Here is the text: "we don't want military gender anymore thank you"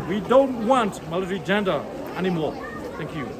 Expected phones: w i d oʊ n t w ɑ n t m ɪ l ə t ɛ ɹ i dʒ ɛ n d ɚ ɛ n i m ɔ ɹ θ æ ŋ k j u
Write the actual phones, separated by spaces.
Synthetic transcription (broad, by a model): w i d oʊ n t w ɑ n t m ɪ l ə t ɹ i dʒ ɛ n d ɚ ɛ n i m ɔ ɹ t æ ŋ k j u